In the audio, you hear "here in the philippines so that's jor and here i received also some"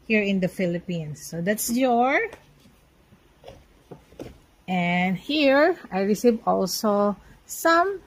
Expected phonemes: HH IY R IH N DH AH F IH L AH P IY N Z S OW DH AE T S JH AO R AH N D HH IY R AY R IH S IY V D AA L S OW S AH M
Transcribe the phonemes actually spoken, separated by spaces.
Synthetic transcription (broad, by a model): HH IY R IH N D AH F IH L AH P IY N S OW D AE T S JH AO R AH N D HH IY R AY R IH S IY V AA L S OW S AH M